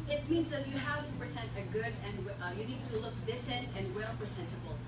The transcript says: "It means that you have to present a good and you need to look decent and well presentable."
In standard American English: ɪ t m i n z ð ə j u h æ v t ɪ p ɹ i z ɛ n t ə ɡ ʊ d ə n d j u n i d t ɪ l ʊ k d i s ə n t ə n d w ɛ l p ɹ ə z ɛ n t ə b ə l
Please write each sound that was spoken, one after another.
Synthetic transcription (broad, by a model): ɪ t m i n z ð ə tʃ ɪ h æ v t ɪ p ɹ i z ɛ n t ə ɡ ʊ d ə n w j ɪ n i d t ɪ l ʊ k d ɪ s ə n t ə n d w ɛ l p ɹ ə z ɛ n t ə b l